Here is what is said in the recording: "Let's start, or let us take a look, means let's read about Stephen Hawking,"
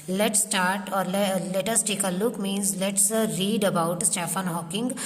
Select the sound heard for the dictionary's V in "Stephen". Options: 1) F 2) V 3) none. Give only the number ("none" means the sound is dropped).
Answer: 1